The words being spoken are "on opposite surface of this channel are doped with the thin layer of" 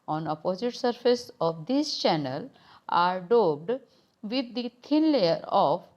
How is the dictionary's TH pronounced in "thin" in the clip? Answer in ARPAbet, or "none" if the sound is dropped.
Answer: T